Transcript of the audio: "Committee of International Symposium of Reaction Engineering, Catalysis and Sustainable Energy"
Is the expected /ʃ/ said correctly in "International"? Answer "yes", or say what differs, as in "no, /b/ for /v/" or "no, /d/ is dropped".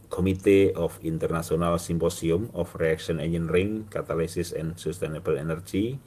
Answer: no, /s/ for /ʃ/